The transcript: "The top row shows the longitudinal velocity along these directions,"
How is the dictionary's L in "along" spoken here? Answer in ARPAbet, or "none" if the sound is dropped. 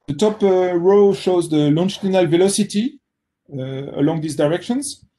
L